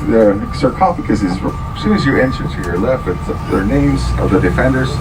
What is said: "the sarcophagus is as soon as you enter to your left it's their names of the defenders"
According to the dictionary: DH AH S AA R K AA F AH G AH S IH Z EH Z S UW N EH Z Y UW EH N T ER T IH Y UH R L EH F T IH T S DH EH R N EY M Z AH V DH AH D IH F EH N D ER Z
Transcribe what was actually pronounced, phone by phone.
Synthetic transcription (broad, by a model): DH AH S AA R K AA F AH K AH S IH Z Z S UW IH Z Y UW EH N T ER T IH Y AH R L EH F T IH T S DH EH R N EY M Z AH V DH AH D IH F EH N D ER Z